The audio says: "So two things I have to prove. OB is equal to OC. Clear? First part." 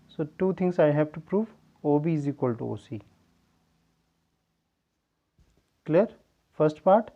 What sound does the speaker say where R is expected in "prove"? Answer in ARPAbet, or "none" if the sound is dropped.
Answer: R